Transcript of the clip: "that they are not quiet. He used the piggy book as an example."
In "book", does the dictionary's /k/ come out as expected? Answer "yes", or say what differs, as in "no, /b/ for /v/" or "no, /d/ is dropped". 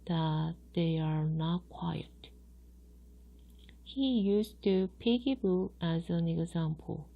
no, /k/ is dropped